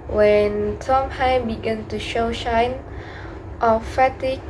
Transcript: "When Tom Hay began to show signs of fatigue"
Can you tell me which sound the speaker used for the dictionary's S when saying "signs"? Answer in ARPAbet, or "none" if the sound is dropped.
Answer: SH